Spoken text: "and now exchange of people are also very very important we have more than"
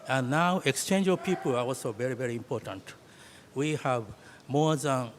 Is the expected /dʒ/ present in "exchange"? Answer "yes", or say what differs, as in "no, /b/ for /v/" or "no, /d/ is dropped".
yes